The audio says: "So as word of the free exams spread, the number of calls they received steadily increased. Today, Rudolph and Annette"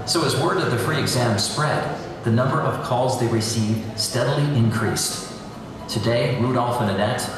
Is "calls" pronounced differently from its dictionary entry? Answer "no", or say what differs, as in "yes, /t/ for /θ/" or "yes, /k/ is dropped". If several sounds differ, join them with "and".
no